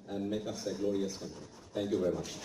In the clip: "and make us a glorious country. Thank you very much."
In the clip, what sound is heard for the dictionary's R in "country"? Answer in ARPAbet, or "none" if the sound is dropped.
none